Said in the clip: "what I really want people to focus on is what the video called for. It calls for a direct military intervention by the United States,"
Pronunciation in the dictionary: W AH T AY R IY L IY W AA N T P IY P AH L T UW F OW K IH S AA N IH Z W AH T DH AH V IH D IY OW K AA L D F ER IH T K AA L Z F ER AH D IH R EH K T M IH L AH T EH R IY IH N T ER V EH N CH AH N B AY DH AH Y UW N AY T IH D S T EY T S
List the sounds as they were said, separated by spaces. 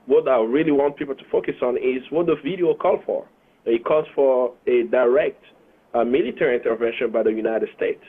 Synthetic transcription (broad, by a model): W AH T AY R IY L IY W AA N T P IY P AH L T UW F OW K IH S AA N IH Z W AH T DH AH V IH D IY OW K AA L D F ER IH T K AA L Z F ER AH D IH R EH K T M IH L AH T EH R IY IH N T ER V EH N SH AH N B AY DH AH Y UW N AY T IH D S T EY T S